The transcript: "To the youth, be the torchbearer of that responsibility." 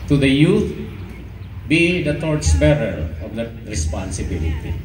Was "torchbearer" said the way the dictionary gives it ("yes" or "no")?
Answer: no